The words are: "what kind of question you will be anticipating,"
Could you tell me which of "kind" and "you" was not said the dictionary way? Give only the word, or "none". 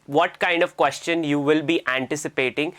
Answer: none